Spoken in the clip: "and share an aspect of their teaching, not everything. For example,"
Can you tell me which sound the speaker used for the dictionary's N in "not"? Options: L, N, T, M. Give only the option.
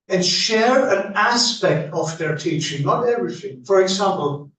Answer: L